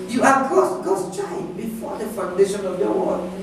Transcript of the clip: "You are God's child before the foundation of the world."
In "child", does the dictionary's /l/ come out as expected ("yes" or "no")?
no